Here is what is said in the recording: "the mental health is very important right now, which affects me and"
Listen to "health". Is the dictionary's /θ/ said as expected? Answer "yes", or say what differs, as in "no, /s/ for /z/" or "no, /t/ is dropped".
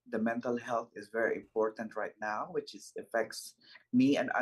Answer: no, /t/ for /θ/